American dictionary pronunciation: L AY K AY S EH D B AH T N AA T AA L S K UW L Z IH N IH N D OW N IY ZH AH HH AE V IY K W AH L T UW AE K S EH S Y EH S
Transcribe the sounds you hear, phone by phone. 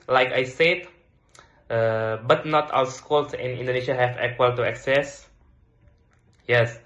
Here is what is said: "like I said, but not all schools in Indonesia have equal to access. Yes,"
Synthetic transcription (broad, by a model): L AY K AY S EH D B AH T N AA T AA W S K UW L S IH N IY N D OW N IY SH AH HH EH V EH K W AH L T UW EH K S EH S Y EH S